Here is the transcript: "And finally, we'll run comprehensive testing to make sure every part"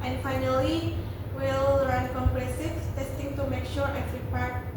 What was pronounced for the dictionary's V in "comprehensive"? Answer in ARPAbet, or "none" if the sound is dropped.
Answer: F